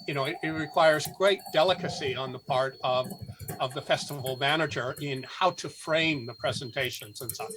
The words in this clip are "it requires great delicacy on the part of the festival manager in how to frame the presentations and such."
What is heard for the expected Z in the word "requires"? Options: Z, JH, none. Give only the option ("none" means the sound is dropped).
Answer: Z